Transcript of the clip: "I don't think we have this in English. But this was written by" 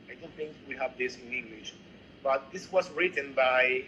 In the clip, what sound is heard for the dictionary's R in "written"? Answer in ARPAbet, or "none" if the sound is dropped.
R